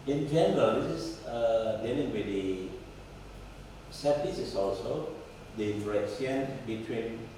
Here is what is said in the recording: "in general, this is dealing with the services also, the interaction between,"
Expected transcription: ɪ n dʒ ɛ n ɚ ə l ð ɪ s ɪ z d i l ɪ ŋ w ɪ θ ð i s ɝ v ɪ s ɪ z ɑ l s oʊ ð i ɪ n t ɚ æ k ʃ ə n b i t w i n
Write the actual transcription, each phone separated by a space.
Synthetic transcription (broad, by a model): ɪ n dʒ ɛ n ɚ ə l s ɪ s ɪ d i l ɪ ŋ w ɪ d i s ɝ f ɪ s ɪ s ɑ l s oʊ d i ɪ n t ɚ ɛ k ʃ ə n b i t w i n